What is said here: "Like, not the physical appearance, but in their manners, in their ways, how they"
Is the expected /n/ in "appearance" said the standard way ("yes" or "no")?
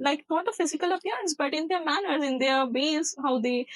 yes